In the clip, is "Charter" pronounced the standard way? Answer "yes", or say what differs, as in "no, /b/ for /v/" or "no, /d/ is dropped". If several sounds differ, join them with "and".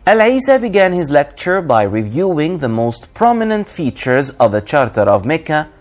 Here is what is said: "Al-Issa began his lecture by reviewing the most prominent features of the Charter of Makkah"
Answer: yes